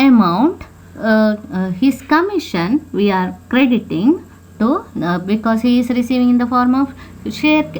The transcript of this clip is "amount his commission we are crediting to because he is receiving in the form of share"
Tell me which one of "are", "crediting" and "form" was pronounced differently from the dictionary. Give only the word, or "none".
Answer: none